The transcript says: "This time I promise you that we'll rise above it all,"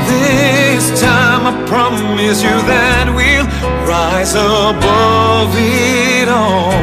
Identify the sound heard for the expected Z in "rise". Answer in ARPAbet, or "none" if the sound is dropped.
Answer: Z